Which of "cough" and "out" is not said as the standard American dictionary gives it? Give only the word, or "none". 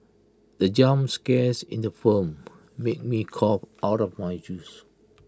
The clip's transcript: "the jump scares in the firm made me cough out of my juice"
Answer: cough